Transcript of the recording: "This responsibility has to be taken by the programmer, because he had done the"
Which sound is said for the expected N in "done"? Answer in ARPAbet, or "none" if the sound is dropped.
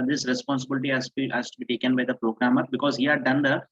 N